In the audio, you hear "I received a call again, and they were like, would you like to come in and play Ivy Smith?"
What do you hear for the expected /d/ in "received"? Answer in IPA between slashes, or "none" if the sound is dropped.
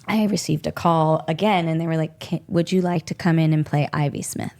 /d/